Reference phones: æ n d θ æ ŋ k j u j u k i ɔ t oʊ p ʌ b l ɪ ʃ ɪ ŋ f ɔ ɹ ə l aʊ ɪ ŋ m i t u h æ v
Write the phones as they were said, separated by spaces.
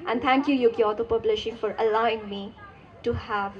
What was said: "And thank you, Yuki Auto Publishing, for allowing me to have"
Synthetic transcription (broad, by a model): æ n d t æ ŋ k j u j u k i ɔ t oʊ p ʌ b l ɪ ʃ ɪ ŋ f ɔ ɹ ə l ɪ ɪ ŋ m i t u h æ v